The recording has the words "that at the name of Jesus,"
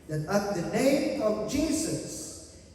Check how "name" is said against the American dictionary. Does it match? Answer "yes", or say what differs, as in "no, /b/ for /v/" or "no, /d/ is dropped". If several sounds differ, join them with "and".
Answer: yes